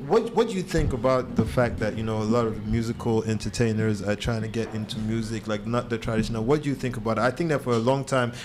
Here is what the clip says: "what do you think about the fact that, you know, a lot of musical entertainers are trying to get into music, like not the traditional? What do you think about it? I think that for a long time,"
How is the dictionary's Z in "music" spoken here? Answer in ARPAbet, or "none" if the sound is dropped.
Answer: Z